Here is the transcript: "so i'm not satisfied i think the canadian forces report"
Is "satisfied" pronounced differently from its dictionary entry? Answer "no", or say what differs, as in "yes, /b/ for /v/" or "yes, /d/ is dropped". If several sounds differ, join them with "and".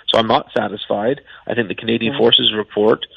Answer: no